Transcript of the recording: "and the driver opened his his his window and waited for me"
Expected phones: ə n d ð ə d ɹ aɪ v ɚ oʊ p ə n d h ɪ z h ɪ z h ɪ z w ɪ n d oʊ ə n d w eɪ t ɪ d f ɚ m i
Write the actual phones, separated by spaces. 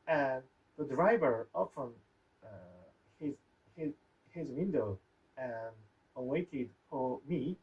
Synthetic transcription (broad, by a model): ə n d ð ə d ɹ aɪ v ɚ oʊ f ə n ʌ h ɪ z h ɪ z h ɪ z w ɪ n d oʊ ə n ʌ w eɪ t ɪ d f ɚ m i